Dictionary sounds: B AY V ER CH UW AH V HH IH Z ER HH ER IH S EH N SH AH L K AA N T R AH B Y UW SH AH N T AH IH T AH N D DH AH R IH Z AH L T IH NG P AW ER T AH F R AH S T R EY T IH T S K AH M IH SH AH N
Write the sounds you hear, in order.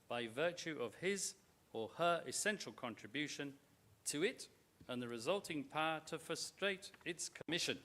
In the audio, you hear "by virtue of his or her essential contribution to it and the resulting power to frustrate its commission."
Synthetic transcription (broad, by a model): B AY V ER CH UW AH V IH Z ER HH ER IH S EH N SH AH L K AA N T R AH B Y UW SH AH N T AH IH T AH N DH AH R IH Z AH L T IH NG P AW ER T AH F R AH S T R EY T IH T S K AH M IH SH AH N